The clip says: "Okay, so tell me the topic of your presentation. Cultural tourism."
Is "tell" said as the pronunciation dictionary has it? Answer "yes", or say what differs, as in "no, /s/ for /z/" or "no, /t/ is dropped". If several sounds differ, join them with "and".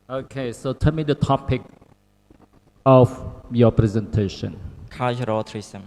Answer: no, /n/ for /l/